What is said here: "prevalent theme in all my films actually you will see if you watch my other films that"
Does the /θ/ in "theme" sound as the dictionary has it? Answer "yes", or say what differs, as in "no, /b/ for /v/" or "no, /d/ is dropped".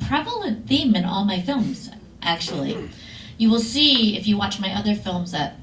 yes